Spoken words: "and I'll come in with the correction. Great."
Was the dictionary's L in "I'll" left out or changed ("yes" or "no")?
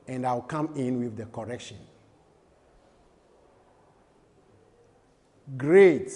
yes